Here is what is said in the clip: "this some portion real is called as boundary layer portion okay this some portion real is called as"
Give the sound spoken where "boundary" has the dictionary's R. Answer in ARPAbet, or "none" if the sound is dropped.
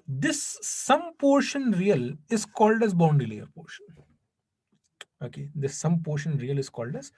none